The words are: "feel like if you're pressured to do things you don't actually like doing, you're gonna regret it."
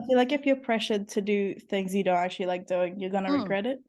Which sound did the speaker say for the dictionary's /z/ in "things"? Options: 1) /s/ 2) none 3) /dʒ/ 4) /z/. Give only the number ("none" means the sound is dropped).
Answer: 4